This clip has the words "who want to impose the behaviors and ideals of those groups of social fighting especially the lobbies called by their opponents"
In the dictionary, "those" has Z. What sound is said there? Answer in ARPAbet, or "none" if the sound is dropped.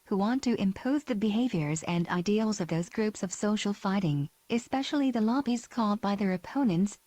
Z